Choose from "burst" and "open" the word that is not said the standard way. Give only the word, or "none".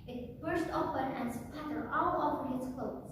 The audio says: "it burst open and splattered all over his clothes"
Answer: none